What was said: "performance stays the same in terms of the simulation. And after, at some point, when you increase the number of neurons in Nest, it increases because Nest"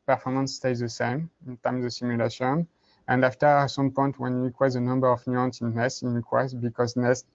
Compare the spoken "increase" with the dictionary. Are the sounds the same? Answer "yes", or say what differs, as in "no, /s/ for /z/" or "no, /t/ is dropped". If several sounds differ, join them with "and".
no, /n/ is dropped and /w/ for /ɹ/